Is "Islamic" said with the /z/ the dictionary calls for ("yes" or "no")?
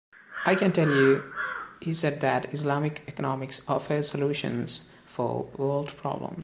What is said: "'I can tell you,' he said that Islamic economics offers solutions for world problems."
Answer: no